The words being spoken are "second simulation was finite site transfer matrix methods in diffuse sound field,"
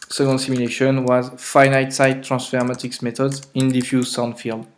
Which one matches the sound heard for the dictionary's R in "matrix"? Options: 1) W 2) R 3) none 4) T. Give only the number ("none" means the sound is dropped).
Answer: 3